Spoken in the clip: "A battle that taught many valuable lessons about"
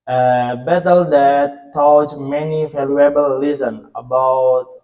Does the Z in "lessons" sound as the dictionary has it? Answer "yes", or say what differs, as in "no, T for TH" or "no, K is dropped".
no, Z is dropped